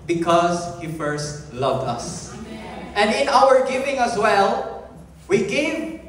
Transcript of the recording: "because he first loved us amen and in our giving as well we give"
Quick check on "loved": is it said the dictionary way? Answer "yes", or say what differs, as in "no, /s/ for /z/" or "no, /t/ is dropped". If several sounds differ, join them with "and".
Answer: yes